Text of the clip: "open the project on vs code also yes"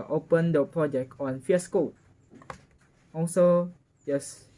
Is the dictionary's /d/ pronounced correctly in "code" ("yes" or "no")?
no